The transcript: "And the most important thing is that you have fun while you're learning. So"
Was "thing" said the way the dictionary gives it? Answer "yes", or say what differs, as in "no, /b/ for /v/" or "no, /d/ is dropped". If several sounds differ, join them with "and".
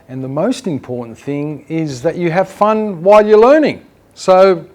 yes